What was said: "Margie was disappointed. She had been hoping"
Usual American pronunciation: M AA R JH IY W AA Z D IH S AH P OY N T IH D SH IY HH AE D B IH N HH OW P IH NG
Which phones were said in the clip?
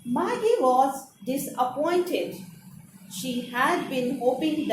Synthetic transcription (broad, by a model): M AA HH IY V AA Z D IH S AH P OY N T IH D SH IY HH AE D B IH N HH OW P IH NG